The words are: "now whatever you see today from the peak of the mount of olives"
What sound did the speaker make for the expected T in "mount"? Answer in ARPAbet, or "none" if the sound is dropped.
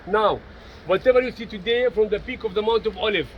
T